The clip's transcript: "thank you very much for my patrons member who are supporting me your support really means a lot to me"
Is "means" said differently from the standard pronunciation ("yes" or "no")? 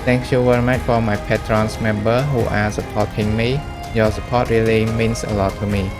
yes